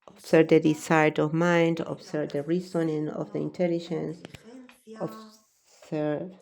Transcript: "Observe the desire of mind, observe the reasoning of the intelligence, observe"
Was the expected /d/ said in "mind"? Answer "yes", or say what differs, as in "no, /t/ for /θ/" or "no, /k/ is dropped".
yes